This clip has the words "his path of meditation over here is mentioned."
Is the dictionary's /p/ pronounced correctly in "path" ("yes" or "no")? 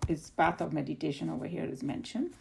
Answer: no